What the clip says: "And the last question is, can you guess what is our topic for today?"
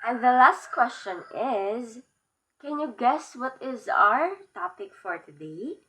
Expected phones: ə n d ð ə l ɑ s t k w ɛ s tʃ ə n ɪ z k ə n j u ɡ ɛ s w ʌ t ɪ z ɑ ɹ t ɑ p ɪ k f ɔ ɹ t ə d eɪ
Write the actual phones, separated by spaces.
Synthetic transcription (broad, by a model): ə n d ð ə l ɑ s t k w ɛ s tʃ ə n ɪ z k ə n j u ɡ ɛ s w ʌ t ɪ z ɑ ɹ t ɑ p ɪ k f ɔ ɹ t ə d eɪ